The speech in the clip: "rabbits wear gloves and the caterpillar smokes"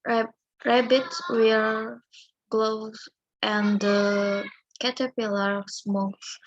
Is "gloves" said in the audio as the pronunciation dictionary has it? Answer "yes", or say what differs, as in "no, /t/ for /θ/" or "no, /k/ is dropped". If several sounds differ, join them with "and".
no, /v/ is dropped